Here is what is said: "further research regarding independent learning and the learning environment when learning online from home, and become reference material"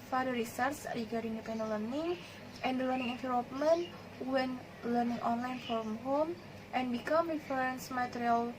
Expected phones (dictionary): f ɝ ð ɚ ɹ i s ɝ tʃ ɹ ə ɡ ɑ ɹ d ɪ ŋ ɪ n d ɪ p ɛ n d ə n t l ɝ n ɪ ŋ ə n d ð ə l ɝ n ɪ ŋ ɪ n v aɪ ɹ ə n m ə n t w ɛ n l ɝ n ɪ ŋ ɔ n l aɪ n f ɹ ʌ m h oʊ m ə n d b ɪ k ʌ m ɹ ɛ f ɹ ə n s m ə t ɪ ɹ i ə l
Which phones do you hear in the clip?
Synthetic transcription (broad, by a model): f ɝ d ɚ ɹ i s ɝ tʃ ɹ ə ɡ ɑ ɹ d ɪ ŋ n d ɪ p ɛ n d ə l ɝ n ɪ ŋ ə n d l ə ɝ n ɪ ŋ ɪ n f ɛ l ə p m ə n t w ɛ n l ɝ n ɪ ŋ ɔ n l aɪ n f ɹ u m h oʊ m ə n b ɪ k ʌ m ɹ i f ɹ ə n s m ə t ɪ ɹ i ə l